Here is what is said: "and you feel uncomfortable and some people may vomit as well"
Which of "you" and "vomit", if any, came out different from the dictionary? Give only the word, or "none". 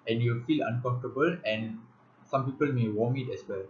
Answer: vomit